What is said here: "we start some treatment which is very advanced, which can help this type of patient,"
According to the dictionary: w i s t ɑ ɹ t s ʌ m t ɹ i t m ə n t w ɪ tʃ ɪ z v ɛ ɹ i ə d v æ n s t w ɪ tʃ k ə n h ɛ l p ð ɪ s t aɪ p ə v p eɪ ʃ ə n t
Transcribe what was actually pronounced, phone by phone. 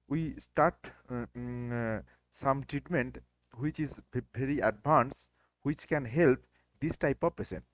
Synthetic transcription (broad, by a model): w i s t ɑ ɹ t s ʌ m t ɹ i t m ə n t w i tʃ ɪ z b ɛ ɹ i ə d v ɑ n s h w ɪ tʃ k ə n h ɛ l p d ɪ s t aɪ p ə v p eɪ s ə n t